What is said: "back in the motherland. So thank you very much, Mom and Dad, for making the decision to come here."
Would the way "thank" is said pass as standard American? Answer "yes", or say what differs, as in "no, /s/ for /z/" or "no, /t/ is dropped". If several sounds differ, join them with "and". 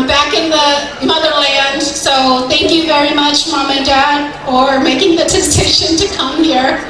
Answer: yes